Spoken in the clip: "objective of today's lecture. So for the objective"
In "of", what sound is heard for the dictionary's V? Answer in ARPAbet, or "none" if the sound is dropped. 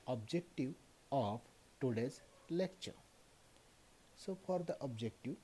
P